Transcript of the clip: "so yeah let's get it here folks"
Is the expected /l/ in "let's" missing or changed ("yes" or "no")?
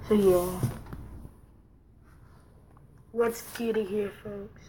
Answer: yes